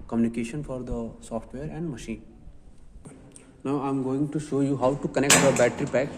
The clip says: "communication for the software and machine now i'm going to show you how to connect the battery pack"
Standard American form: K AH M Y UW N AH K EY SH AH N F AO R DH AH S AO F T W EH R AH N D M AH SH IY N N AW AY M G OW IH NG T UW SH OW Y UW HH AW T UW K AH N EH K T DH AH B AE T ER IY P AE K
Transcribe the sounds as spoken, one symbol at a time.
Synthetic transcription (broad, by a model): K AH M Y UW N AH K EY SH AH N F AO R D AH S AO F T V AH R AH N D M AH SH IY N N AW AY M G OW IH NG T UW SH OW Y UW HH AW T UW K AH N EH K T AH B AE T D IY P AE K